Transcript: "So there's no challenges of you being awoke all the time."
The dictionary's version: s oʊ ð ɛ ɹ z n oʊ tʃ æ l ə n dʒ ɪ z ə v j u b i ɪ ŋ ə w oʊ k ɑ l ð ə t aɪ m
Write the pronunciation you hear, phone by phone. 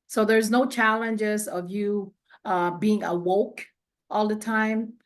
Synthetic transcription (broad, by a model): s oʊ ð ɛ ɹ z n oʊ tʃ æ l ə n dʒ ɪ z ə v j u b i ɪ ŋ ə w oʊ k ɑ l ð ə t aɪ m